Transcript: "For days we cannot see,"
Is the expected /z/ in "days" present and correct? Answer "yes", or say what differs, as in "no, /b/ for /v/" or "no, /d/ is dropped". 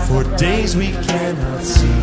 yes